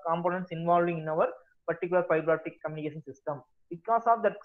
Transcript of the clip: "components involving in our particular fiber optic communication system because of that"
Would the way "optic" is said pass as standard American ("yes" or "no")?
no